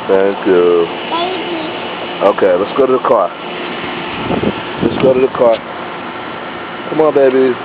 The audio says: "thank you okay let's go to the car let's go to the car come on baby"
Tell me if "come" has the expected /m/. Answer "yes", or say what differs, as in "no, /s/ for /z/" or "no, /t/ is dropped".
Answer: yes